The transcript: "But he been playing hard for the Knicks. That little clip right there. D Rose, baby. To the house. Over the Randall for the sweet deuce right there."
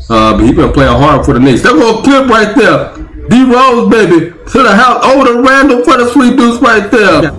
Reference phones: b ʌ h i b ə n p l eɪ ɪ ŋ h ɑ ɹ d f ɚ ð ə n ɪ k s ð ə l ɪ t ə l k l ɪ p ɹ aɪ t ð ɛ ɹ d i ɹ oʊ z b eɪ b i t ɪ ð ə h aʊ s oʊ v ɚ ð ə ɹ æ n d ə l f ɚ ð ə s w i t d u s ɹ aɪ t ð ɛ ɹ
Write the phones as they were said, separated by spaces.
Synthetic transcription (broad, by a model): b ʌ h i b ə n p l eɪ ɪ h ɑ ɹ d f ɚ ð ə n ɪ s ð ə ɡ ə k ɪ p ɹ aɪ t ð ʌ ɹ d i ɹ oʊ z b eɪ b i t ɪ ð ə h aʊ s oʊ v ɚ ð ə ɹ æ n d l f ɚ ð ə s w i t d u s ɹ aɪ t ð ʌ ɹ